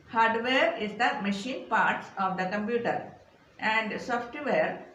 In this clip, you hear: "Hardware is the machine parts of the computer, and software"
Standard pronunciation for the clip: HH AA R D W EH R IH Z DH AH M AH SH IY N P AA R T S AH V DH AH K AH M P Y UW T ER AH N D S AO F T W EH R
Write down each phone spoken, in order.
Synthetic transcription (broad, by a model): HH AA R D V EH R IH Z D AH M AH SH IY N P AA R T S AH V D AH K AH M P Y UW T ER AH N D S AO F T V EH R